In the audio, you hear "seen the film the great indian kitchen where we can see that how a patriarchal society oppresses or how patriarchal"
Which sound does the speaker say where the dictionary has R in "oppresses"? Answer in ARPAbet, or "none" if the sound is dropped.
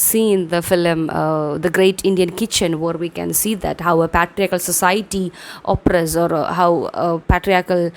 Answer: none